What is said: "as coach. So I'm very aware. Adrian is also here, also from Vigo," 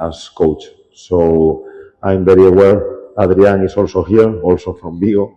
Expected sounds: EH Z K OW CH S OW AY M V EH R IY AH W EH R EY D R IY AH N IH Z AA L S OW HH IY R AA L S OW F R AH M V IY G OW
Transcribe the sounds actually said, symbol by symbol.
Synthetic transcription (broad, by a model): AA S K OW CH S OW AY M B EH R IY AH W EH R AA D R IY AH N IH S AA L S OW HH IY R AA L S OW F R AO M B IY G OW